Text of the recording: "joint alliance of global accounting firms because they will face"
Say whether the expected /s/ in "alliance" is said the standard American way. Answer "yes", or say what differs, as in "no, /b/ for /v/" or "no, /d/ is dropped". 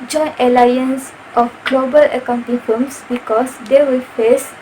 yes